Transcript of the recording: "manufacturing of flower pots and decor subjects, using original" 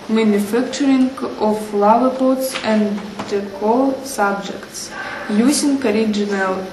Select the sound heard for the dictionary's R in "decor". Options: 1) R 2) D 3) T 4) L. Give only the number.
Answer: 4